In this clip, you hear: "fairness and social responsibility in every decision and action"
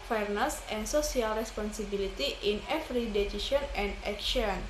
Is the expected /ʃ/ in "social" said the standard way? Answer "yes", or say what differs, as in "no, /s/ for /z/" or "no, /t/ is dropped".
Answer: no, /s/ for /ʃ/